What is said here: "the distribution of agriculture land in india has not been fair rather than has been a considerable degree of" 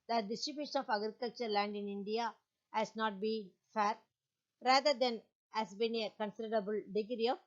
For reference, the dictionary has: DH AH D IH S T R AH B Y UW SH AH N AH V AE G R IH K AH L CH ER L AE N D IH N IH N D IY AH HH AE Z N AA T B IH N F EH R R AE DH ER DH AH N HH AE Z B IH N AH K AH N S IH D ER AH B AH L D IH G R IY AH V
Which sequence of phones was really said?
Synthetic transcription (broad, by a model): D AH D IH S T R AH B Y UW SH AH N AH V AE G R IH K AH L CH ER L AE N D IH N IH N D IY AH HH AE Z N AA T B IH N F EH R R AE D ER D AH N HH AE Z B IH N AH K AH N S IH D ER AH B AH L D IH G R IY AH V